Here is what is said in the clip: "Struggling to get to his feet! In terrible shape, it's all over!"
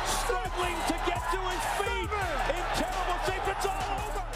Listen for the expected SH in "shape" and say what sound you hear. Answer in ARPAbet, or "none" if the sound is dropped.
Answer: S